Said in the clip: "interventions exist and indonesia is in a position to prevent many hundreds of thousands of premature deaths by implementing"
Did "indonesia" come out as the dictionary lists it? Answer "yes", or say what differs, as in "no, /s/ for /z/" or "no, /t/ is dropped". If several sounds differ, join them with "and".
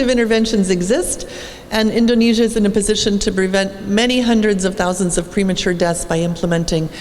yes